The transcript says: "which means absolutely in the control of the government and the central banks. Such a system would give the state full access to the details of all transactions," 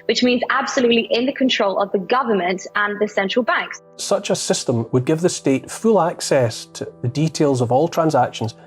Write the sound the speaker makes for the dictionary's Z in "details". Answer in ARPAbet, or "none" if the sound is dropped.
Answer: Z